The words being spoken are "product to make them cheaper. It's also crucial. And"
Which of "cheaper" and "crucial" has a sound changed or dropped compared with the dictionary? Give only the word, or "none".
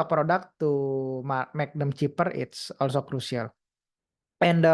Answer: crucial